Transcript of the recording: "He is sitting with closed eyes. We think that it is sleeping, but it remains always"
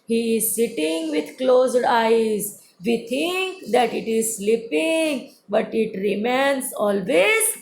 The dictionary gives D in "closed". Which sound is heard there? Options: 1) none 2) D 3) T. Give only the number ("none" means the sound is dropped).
2